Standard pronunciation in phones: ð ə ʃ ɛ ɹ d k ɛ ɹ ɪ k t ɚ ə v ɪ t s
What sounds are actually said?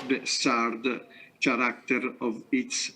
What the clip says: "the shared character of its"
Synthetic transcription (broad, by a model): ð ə s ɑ ɹ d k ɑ ɹ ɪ k t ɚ ə v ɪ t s